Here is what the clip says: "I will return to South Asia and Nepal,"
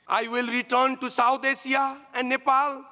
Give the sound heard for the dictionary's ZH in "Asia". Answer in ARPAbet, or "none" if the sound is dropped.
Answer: S